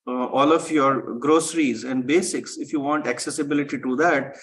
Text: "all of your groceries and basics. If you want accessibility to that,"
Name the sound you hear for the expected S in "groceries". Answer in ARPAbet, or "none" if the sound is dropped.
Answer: S